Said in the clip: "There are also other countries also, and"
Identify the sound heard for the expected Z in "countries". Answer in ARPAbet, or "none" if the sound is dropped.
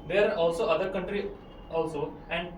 none